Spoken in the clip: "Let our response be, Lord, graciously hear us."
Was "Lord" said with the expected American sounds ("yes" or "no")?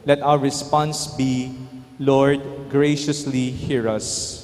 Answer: yes